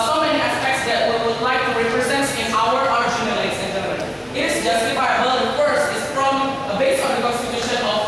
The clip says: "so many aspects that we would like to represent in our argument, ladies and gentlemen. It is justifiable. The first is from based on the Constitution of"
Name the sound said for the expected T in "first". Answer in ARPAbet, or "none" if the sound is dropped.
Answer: none